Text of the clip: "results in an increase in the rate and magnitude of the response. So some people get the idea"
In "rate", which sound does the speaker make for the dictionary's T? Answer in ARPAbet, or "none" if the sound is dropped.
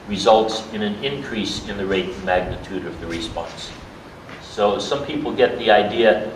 none